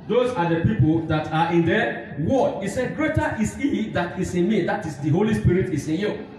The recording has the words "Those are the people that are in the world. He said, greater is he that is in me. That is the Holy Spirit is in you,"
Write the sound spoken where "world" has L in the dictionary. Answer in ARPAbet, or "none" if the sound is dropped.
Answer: none